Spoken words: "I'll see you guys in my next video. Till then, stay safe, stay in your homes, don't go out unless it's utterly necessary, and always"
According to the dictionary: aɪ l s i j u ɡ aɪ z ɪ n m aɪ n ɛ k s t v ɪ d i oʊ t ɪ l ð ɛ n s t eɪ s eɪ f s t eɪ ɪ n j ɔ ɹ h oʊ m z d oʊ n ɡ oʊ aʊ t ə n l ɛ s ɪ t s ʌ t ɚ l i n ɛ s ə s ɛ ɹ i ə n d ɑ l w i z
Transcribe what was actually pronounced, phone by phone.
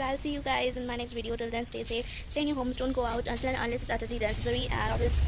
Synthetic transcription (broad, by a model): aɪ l s i j u ɡ aɪ z ɪ n m aɪ n ɛ k s t v ɪ d i oʊ t ɪ l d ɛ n s t eɪ s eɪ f s t eɪ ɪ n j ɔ h oʊ m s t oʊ n ɡ oʊ aʊ t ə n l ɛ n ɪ s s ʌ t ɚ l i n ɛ s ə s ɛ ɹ i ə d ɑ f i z